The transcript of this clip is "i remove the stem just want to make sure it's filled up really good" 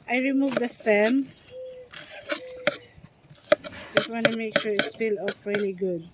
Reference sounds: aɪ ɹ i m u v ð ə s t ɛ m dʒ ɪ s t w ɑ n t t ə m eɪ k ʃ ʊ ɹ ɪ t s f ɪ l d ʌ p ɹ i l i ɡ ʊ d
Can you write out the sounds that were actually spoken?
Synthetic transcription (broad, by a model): aɪ ɹ i m u v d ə s t ɛ m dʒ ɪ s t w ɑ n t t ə m eɪ k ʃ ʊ ɹ ɪ t s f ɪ l ɔ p ɹ i l i ɡ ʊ d